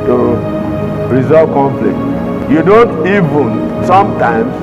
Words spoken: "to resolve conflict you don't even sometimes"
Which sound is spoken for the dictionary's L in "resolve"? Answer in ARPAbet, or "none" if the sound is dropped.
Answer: none